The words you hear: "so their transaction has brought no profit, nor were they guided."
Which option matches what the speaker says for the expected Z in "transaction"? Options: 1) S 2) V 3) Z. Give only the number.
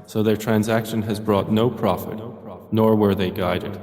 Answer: 3